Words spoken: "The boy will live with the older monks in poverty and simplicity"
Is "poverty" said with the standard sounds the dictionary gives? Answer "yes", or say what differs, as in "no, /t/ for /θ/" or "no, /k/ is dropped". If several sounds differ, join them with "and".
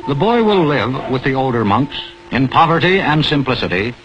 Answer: yes